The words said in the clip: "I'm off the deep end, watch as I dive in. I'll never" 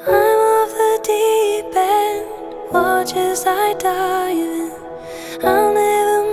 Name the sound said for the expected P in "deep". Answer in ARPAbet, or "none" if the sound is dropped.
B